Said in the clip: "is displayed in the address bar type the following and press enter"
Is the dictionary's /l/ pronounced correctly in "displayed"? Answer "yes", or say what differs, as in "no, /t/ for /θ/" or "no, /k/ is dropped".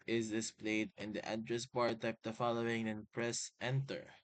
yes